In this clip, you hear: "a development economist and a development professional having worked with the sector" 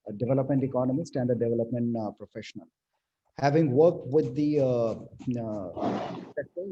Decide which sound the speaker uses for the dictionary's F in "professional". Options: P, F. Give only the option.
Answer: F